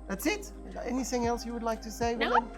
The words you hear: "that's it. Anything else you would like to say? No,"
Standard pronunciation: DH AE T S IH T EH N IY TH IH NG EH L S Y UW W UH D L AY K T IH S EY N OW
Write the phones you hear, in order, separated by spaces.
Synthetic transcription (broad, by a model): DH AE T S IH T EH N IY TH IH NG EH L S Y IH W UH D L AY K T IH S EY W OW